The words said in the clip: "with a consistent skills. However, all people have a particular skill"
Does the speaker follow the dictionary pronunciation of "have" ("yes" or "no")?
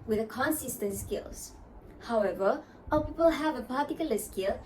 yes